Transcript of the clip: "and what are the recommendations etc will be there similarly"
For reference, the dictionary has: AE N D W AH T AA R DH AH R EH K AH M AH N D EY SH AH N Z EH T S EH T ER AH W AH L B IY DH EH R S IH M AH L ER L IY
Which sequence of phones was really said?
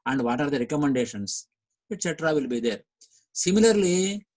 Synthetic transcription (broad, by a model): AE N D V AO T AA R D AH R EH K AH M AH N D EY SH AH N S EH T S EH T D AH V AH L B IY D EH R S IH M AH L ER L IY